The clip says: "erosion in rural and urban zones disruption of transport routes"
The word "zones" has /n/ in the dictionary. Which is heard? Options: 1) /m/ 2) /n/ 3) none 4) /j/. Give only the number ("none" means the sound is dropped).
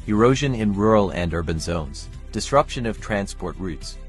2